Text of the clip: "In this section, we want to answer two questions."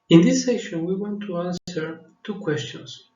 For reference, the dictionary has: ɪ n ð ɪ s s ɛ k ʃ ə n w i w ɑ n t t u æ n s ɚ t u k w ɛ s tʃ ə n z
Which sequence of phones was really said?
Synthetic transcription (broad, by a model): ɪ n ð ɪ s s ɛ ʃ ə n w i w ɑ n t t u æ n s ɚ t u k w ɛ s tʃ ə n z